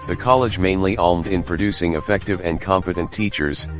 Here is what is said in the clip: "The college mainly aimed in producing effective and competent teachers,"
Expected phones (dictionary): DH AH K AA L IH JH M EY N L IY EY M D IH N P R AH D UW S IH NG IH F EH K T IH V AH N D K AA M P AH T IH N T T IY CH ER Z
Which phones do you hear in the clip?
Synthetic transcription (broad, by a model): DH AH K AA L IH JH M EY N L IY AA M D IH N P R AH D UW S IH NG IH F EH K T IH V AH N K AA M F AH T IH N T T IY CH ER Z